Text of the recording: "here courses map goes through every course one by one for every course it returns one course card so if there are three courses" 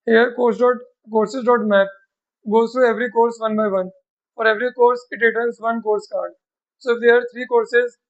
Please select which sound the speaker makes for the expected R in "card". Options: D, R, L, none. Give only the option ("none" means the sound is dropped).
R